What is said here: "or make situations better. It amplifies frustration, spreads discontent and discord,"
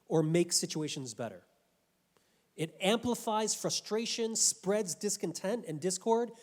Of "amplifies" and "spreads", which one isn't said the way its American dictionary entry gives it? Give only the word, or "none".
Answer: none